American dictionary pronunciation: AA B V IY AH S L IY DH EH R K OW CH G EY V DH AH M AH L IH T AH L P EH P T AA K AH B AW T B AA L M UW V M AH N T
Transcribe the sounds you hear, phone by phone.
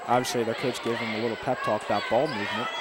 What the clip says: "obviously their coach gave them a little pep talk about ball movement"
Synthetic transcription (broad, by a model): AA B V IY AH S L IY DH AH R K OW S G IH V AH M AH L IH T L P EH P T AA K AH B AW T B AA L M UW V M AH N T